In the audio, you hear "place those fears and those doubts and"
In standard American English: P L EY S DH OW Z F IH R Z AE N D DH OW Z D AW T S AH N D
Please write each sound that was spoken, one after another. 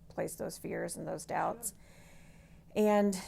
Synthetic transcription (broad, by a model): P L EY S DH OW Z F IH R Z N DH OW Z D AW T S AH N